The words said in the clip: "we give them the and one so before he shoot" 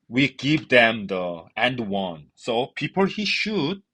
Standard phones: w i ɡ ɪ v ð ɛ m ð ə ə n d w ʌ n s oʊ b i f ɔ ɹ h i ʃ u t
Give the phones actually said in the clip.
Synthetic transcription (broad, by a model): w i ɡ ɪ v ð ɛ m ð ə ə n d w ʌ n s oʊ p i p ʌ l h i ʃ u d